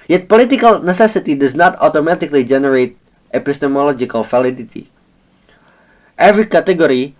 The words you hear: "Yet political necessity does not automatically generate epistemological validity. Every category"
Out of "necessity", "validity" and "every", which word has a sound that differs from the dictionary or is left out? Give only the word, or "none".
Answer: validity